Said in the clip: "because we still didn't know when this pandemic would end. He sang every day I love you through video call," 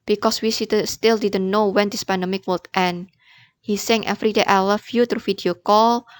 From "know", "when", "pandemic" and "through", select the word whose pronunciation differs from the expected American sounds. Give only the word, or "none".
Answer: through